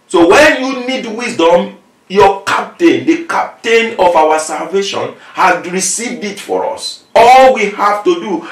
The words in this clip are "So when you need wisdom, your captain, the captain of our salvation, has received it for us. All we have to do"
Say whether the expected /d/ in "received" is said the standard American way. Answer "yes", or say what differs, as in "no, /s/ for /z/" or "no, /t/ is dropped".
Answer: yes